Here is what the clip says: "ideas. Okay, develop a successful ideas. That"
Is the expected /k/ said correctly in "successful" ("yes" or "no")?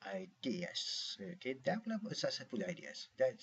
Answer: no